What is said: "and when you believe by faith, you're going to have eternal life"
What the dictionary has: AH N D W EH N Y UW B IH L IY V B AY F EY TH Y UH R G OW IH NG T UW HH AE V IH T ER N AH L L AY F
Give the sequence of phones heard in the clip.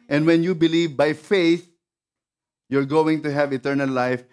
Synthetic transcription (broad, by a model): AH N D W EH N Y UW B IH L IY V B AY F EY TH Y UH R G OW IH NG T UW HH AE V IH T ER N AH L L AY F